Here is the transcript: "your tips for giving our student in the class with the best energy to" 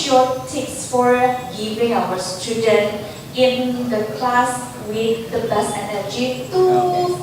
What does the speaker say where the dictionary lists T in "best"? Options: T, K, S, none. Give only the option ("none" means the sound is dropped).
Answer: none